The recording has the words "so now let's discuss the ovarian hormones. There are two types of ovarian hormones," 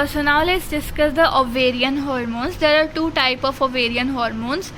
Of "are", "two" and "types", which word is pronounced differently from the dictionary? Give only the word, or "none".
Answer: types